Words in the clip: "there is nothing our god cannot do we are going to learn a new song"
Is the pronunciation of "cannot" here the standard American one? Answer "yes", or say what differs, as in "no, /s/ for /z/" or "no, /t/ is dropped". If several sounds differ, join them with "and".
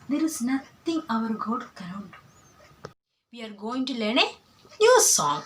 no, /n/ is dropped